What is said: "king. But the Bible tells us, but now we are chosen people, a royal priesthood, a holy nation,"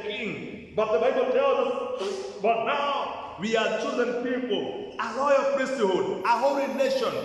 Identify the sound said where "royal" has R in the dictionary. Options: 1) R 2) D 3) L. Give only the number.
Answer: 3